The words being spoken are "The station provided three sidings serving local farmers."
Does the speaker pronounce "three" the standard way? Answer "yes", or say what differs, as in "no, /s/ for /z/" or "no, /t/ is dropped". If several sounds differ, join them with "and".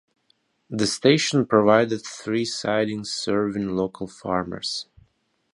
yes